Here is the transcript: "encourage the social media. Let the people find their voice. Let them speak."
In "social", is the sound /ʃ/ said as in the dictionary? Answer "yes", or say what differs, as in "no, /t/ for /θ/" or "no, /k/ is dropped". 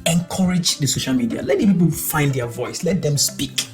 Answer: yes